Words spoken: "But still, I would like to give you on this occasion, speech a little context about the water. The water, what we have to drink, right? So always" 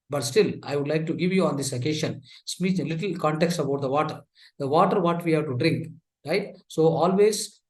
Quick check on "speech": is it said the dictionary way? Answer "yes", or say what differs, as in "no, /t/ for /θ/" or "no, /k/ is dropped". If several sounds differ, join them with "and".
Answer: no, /tʃ/ is dropped